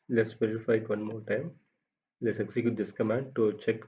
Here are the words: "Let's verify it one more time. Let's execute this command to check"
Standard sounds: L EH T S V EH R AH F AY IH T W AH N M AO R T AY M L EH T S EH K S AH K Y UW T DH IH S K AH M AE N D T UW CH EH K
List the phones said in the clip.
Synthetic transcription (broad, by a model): L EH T S P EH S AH F AY IH T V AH N M AO R T AY M L EH T S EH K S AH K Y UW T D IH S K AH M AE N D T UW CH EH K